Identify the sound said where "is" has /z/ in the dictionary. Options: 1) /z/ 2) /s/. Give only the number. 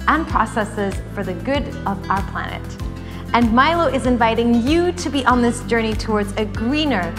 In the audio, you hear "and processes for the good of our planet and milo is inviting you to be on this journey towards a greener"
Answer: 1